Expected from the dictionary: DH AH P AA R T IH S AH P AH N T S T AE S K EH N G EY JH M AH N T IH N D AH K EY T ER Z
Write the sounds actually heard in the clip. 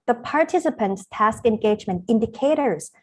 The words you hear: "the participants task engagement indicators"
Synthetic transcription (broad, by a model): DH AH P AA R T IH S AH P AH N T S T AE S K EH N G EY JH M AH N T IH N D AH K EY T ER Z